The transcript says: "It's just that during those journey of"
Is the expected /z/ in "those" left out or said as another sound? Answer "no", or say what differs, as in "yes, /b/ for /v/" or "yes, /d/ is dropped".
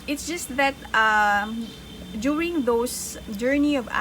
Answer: yes, /s/ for /z/